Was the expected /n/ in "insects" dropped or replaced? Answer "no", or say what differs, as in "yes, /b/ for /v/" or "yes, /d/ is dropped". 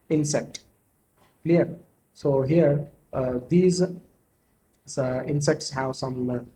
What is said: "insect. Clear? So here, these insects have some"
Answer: no